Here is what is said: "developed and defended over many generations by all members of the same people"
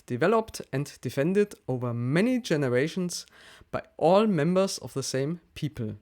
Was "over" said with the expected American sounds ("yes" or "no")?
yes